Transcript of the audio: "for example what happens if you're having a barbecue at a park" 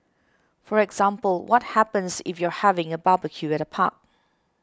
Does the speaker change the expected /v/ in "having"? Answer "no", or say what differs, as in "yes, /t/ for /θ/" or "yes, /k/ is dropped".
no